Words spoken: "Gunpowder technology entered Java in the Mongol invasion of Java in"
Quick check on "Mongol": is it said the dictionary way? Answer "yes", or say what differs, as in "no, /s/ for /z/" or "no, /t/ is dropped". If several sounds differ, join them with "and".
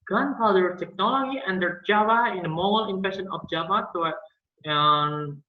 no, /ŋ/ is dropped